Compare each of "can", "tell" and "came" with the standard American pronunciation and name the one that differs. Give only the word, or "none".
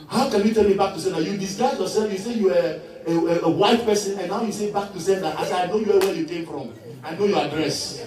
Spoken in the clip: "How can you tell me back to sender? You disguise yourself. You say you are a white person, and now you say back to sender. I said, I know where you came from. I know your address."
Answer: tell